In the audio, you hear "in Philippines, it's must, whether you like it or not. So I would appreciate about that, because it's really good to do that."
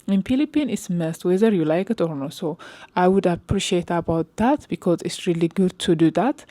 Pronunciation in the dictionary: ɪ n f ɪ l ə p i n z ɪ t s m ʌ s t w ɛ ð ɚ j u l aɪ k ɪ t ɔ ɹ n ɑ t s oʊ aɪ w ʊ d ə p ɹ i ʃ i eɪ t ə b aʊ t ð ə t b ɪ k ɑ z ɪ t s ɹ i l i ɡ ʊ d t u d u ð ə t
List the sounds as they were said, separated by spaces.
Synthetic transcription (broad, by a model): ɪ n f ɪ l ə p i n ɪ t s m ʌ s t w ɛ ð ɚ j u l aɪ k ɪ t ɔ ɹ n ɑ s oʊ aɪ w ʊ d ə p ɹ i ʃ i eɪ t ə b aʊ t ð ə t b ɪ k ɑ z ɪ t s ɹ i l i ɡ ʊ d t u d u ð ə t